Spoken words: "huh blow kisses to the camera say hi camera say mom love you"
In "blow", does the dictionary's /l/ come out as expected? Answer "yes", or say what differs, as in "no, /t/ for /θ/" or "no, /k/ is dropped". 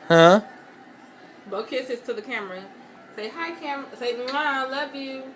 no, /l/ is dropped